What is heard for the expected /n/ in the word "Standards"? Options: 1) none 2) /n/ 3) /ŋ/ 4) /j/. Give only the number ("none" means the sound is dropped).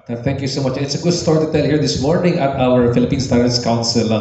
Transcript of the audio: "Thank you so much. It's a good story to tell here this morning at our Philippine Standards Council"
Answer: 1